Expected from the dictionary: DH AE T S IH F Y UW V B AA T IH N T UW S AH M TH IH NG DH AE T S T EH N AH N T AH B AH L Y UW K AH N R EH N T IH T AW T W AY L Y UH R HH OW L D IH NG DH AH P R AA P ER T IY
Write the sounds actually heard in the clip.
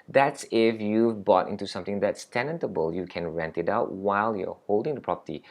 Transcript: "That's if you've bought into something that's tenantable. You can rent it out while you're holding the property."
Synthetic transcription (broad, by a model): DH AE T S IH F Y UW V B AA T IH N T UW S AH M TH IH NG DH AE T S T EH N AH N T AH B AH L Y UW K AH N R EH N T IH T AW T W AY L Y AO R HH OW L D IH NG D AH P R AA P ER T IY